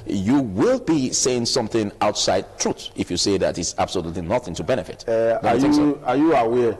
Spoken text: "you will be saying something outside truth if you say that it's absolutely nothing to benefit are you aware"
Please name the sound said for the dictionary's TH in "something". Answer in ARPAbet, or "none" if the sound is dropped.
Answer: TH